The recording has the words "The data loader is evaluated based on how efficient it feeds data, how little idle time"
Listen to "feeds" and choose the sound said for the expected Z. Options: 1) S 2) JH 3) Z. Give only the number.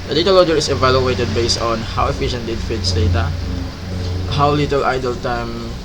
1